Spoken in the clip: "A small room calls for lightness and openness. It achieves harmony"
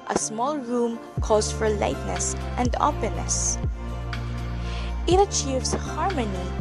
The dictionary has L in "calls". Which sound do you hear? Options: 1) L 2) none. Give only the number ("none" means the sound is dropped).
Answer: 2